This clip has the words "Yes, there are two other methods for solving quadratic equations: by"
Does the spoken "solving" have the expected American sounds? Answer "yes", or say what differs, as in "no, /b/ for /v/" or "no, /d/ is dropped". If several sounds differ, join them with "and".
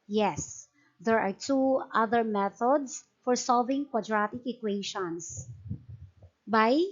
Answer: yes